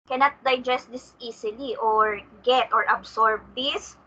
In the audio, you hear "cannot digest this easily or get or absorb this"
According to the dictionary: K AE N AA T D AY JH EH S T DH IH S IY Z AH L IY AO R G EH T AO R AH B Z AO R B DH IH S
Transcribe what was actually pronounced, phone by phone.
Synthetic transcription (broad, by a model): K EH N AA T D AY JH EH S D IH S IY S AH L IY AO R G EH T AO R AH B S AO R B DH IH S